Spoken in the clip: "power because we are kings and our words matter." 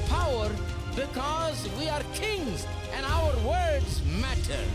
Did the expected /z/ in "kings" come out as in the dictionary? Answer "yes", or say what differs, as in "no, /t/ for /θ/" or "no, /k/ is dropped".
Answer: yes